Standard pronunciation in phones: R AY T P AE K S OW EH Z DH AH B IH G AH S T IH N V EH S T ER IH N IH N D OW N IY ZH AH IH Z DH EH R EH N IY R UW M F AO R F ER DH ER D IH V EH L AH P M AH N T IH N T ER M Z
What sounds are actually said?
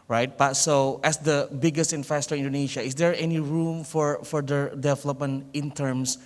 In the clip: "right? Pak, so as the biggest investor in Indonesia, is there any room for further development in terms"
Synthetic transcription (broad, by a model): R AY T B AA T S OW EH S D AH B IH G AH S T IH N F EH S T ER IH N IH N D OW N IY SH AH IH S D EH R EH N IY R UW M F AO R F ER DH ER D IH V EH L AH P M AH N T IH N T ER M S